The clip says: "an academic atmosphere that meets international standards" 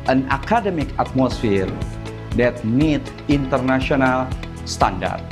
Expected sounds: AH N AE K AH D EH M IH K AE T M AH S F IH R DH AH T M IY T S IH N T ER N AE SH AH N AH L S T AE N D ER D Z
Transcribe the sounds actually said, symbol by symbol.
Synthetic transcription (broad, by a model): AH N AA K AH D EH M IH K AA T M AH S F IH R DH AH T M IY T IH N T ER N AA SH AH N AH L S T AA N D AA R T